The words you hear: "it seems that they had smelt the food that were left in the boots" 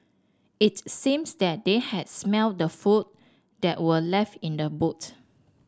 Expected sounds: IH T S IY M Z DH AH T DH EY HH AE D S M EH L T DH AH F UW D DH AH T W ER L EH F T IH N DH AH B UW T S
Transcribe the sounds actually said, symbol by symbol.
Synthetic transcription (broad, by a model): IH T S IY M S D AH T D EY HH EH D S M EH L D AH F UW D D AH T W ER L EH F T IH N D AH B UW T